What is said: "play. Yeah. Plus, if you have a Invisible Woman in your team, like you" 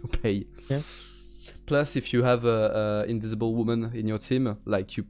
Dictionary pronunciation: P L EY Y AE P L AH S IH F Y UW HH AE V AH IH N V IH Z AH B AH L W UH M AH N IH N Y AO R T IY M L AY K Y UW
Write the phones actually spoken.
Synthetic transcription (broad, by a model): P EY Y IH P L AH S IH F Y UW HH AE V AH IH N V IH Z AH B AH L W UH M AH N IH N Y AO R T IY M L AY K Y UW